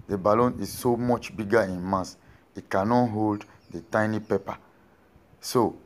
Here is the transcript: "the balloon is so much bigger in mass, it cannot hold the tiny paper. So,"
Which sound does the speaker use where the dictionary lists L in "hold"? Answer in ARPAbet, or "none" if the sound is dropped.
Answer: L